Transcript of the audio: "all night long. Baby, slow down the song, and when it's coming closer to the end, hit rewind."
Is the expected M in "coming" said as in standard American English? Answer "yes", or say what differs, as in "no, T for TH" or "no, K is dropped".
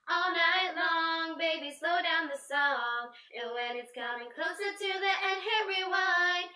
no, M is dropped